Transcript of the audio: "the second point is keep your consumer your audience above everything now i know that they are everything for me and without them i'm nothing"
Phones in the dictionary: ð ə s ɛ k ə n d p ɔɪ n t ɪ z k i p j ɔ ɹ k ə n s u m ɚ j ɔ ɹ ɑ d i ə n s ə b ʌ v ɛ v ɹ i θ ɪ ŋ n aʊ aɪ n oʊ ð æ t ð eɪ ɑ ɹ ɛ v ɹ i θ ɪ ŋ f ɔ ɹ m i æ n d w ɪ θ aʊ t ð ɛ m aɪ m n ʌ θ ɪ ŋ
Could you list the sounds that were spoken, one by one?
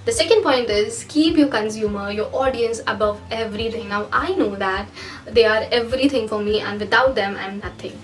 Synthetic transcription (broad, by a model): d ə s ɛ k ə n d p ɔɪ n t ɪ z k i p j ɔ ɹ k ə n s u m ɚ j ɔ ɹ ɑ d i ə n s ə b ʌ v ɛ v ɹ i t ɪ ŋ n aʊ aɪ n oʊ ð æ t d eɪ ɑ ɹ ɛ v ɹ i t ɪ ŋ f ɔ ɹ m i æ n d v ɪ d aʊ t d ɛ m aɪ m n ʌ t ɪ ŋ